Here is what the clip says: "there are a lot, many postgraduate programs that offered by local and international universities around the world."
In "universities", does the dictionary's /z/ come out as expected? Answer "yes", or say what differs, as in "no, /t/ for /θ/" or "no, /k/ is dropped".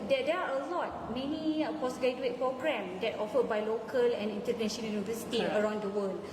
no, /z/ is dropped